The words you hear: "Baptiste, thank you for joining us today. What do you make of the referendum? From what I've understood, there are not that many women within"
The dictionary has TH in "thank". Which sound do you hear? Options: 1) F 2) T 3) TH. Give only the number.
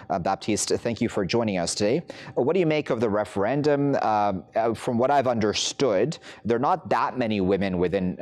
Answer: 3